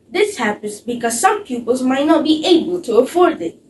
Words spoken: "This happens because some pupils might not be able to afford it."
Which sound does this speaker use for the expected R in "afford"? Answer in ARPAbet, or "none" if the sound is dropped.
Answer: R